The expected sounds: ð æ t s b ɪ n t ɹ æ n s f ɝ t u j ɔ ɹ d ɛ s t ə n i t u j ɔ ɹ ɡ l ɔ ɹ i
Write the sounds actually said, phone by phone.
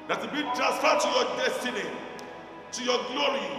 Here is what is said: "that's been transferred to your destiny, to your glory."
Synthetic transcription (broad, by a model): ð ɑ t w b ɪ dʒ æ s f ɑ t u j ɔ d ɛ s t ə n i t u j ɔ ɡ l ɔ ɹ i